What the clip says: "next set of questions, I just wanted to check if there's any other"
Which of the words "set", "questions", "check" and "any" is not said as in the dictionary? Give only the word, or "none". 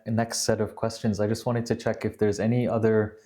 none